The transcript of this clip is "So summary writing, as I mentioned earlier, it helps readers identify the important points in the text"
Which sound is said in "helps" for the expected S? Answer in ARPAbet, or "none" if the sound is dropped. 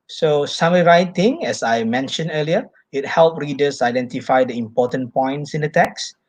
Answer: none